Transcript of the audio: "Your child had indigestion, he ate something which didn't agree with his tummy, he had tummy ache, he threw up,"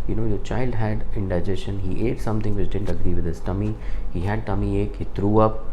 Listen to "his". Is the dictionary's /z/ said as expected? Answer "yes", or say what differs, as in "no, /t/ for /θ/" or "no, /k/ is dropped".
no, /s/ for /z/